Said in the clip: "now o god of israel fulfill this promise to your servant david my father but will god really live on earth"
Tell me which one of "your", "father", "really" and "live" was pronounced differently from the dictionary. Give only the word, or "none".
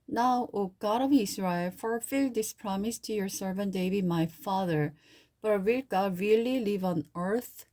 none